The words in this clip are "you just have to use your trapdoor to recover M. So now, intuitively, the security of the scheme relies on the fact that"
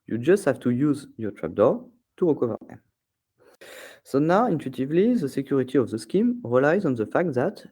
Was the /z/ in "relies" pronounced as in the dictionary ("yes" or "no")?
yes